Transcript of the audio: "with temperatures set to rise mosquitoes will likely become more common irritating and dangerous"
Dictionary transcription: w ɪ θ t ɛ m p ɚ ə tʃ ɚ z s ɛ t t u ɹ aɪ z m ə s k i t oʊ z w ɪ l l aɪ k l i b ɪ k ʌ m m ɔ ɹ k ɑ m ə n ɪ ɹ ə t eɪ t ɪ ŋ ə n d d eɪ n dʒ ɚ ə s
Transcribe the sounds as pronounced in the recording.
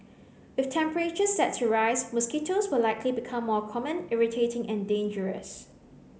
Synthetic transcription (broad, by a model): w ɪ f t ɛ m p ɚ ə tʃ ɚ s ɛ t s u ɹ aɪ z m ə s k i t oʊ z w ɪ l l aɪ k l i b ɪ k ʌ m m ɔ k ɑ m ə n ɪ ɹ ə t eɪ t ɪ ŋ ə n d d eɪ n dʒ ɚ ə s